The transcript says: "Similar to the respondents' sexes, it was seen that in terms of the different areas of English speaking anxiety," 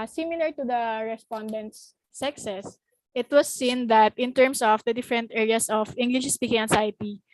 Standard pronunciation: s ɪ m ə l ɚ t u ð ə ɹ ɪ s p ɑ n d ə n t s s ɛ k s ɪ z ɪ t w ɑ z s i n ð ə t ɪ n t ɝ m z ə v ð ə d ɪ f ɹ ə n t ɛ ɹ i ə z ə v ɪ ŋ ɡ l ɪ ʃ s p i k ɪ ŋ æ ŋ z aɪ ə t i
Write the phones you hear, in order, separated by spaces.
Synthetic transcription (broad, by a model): s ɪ m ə l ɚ t u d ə ɹ ɪ s p ɑ n d ə n t s s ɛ k s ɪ s ɪ t w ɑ s i n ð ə t ɪ n t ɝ m s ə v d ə d ɪ f ɹ ə n t ɛ ɹ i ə s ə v ɪ ŋ ɡ l ɪ ʃ s p i k ɪ ŋ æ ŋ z aɪ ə t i